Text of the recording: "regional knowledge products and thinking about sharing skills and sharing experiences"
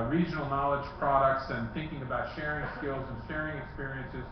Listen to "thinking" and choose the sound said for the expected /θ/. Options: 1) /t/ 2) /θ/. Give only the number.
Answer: 2